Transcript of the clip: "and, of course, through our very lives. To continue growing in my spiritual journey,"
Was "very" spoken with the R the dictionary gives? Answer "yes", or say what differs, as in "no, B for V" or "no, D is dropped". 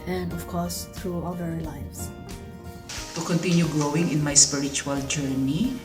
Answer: no, L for R